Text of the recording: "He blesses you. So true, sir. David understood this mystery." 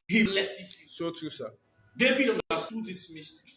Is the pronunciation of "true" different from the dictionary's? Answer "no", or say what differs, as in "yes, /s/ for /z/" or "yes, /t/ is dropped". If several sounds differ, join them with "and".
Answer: yes, /ɹ/ is dropped